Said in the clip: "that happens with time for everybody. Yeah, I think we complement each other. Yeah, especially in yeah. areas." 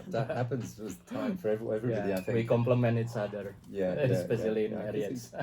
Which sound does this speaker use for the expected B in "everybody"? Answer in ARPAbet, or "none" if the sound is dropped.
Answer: none